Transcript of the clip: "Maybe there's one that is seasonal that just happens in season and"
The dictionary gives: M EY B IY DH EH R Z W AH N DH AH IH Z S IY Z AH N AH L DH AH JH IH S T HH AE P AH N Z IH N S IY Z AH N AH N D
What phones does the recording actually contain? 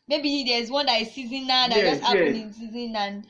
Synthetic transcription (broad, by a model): M EY B IY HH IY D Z W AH N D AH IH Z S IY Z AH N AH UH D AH JH IH S T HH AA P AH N IH N S IY Z AH N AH N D